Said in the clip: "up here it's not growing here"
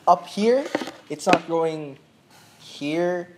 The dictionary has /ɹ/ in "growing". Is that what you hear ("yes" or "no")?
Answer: no